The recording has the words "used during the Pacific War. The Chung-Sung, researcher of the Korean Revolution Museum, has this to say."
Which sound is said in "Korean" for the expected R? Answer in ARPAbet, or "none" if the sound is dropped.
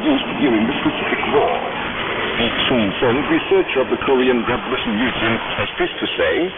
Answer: R